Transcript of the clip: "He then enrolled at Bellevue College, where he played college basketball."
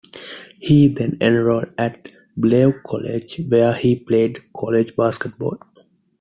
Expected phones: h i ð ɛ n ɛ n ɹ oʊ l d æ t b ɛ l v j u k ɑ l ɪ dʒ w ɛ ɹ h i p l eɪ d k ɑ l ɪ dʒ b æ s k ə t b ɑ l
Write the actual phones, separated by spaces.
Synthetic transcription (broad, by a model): h i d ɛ n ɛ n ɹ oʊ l æ t b l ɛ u k ɑ l ɪ dʒ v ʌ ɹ h i p l eɪ d k ɑ l ɪ dʒ b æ s k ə t b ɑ l